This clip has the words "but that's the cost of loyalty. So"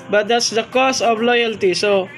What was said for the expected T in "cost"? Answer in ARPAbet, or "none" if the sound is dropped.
none